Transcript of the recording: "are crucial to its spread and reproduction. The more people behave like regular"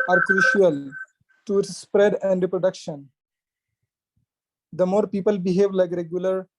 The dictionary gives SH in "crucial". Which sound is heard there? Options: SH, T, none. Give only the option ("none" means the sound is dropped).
SH